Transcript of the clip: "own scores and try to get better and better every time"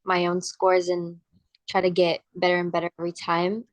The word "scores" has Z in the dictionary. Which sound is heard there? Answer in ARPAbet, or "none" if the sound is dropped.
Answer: Z